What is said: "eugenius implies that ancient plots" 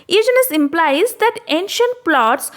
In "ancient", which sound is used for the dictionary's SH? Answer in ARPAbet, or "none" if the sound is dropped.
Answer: SH